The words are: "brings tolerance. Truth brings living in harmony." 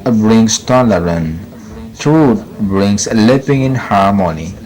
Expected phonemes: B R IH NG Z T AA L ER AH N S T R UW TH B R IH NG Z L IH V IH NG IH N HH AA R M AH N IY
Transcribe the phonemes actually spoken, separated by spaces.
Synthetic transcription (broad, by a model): B R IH NG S T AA L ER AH N T R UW T B R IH NG S L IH P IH NG IH N HH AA R M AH N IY